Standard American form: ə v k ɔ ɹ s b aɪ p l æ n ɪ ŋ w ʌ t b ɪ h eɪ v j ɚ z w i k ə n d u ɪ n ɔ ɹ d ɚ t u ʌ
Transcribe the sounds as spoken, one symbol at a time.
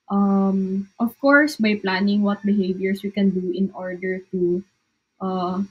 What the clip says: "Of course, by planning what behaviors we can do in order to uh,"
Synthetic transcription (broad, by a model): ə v k ɔ ɹ s b aɪ p l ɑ n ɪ ŋ w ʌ t b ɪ h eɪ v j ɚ s w i k ə n d u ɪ n ɔ ɹ d ɚ t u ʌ